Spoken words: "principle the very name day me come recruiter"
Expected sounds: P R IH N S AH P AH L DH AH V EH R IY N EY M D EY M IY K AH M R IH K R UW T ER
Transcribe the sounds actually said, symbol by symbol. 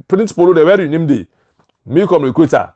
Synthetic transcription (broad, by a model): P R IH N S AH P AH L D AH W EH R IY N EY M D EY M IY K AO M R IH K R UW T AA